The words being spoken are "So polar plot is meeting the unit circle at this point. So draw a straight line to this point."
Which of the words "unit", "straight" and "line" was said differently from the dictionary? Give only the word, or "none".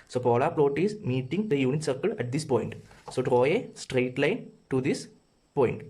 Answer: none